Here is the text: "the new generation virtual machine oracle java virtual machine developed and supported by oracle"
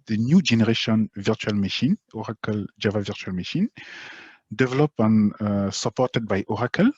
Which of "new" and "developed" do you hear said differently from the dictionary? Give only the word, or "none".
developed